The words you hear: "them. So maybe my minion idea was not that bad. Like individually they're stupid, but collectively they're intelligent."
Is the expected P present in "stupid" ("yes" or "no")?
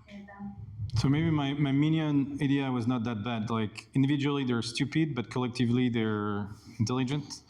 yes